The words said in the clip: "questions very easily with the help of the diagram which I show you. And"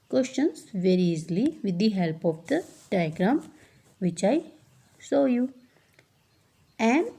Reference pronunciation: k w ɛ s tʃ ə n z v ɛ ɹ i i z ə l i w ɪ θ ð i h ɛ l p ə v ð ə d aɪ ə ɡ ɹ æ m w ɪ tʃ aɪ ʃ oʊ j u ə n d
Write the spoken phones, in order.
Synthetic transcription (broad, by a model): k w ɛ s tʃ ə n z v ɛ ɹ i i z l i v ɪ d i h ɛ l p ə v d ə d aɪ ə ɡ ɹ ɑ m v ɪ tʃ aɪ s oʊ j u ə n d